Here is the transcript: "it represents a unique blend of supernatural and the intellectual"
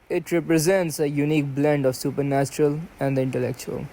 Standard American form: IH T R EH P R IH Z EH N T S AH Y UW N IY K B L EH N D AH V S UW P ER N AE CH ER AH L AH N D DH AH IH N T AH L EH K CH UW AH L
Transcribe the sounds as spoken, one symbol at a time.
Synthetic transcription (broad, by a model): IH T R EH P R IH Z EH N T S AH Y UW N IY K B L EH N D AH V S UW P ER N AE CH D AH L AH N D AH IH N T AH L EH K CH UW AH L